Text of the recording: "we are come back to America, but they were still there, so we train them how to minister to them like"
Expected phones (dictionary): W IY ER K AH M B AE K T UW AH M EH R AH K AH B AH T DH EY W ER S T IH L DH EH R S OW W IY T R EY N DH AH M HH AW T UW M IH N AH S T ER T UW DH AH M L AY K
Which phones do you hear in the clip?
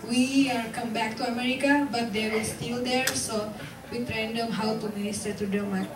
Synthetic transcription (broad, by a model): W IY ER K AH M B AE K T UW AH M EH R AH K AH B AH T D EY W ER S T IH L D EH R S OW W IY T R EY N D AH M HH AW T UW M IH N AH S T ER T UW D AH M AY